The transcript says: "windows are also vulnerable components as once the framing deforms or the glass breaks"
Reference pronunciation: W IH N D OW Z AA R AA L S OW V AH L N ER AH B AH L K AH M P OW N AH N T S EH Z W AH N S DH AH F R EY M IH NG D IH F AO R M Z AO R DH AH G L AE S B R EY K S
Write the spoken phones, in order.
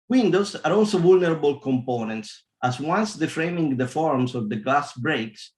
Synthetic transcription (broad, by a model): W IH N D OW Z AA R AA L S OW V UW L N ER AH B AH L K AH M P OW N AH N T S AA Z W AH N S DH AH F R EY M IH NG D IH F AO R M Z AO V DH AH G L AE S B R EY K S